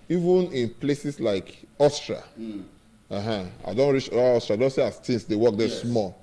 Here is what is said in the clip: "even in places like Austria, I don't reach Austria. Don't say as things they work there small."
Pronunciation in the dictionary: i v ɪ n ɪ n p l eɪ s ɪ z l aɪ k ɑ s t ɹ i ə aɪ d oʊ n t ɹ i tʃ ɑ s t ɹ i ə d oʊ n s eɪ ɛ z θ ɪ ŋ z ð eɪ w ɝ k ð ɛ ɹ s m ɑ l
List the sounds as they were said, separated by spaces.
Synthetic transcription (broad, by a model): i v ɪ n ɪ n p l eɪ s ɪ s l aɪ k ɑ s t ɹ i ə aɪ d oʊ n t ɹ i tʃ ɑ s t ɹ i ə d oʊ n s eɪ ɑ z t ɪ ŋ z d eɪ w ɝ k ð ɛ s m ɑ l